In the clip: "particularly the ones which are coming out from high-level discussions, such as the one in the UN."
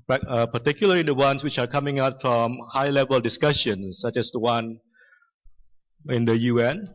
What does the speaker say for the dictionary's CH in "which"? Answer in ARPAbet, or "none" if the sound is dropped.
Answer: CH